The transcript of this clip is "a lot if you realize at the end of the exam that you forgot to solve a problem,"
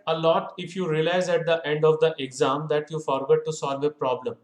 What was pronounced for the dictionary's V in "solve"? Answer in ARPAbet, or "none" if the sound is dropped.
V